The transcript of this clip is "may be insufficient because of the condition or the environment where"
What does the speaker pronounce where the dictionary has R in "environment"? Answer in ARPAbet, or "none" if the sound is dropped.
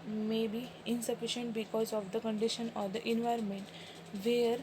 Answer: R